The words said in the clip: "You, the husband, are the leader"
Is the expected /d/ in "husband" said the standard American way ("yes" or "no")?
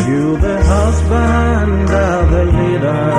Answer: yes